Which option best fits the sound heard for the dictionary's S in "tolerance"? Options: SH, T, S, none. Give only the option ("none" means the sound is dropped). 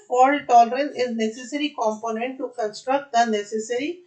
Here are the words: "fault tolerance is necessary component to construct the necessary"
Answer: none